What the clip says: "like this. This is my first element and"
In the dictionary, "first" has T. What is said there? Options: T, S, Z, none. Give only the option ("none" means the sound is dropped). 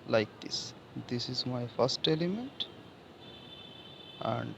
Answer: T